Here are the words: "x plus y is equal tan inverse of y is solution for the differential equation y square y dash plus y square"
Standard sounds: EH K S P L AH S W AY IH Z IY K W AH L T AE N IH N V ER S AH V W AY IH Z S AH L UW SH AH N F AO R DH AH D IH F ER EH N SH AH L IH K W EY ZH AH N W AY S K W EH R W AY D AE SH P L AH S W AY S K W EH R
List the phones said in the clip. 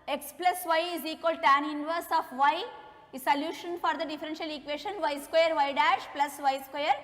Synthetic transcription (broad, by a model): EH K S P L AH S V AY IH Z IY K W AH L T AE N IH N V ER S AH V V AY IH S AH L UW SH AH N F AO R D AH D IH F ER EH N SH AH L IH K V EY SH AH N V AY S K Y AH R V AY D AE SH P L AH S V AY S K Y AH R